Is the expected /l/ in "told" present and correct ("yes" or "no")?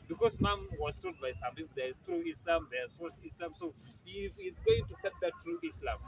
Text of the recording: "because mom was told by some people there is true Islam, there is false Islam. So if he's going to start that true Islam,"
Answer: no